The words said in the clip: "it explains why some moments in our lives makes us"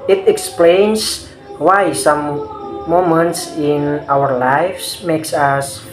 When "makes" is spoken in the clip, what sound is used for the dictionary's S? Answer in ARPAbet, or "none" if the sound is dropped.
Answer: S